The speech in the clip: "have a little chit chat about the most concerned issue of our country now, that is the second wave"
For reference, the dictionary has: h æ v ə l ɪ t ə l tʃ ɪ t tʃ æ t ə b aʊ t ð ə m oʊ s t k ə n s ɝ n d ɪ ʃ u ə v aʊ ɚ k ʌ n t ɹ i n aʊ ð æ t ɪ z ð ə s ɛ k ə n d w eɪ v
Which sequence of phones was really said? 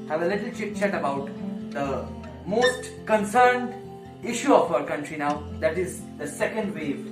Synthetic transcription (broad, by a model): h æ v ə l ɪ t ə l tʃ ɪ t tʃ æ t ə b aʊ t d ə m oʊ s t k ə n s ɝ n d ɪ ʃ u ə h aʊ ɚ k ʌ n t ɹ i n aʊ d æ t ɪ z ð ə s ɛ k ə n d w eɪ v